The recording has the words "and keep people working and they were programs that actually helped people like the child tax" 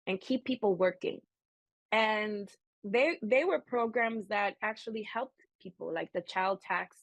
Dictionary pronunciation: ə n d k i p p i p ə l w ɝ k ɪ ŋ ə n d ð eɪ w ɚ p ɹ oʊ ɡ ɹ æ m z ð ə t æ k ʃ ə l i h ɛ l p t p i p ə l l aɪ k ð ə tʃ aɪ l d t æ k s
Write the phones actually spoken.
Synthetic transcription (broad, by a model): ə n k i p p i p l w ɝ k ɪ ŋ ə n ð ð eɪ w ɚ p ɹ oʊ ɡ ɹ æ m z ð ə t æ k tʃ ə l i h ɛ l p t p i p l l aɪ k ð ə tʃ aɪ l d t æ k s